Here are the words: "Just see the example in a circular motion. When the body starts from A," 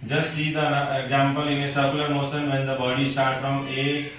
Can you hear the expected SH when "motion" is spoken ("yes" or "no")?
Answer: no